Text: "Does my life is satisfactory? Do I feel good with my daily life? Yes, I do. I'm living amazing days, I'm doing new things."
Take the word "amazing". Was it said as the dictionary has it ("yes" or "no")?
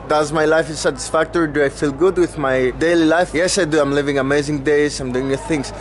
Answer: yes